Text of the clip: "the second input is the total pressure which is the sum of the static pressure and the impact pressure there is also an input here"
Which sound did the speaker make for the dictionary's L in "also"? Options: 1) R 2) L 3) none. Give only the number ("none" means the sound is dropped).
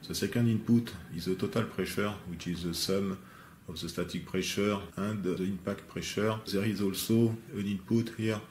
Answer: 2